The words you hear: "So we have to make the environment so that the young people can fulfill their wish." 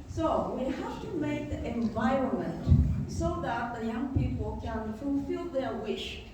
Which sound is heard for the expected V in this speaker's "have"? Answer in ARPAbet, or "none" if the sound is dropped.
F